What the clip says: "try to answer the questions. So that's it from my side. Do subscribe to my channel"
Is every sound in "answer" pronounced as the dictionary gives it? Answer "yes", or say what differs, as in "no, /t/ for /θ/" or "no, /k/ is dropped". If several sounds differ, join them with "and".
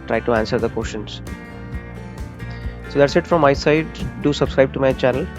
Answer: yes